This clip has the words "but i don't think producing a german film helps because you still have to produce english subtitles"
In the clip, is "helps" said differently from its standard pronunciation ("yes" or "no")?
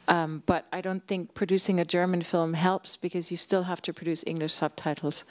no